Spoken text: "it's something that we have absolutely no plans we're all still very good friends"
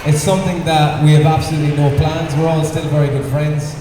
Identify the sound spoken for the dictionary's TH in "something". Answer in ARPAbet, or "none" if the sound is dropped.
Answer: TH